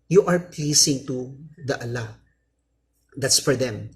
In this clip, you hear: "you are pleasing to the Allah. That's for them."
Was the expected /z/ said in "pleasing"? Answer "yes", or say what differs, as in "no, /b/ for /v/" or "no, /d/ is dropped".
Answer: no, /s/ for /z/